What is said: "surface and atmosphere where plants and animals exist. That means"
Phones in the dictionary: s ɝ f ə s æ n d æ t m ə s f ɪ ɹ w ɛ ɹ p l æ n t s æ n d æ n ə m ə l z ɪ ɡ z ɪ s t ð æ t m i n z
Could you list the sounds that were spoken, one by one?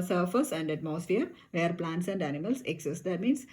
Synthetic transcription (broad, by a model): s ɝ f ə s æ n d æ t m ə s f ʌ ɹ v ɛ ɹ p l æ n t s æ n d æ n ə m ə l s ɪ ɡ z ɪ s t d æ t m i n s